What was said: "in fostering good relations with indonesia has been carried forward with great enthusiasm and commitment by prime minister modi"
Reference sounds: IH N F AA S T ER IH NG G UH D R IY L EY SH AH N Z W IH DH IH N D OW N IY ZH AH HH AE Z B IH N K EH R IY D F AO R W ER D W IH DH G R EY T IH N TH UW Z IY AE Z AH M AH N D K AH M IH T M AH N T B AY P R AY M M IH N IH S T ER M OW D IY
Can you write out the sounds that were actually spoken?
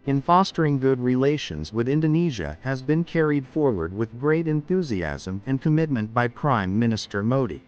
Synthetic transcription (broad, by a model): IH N F AA S T ER IH NG G UH D R IY L EY SH AH N Z W IH DH IH N D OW N IY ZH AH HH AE Z B IH N K EH R IY D F AO R W ER D W IH DH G R EY T IH N TH UW Z IY AE Z AH M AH N K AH M IH T M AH N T B AY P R AY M M IH N IH S T ER M OW D IY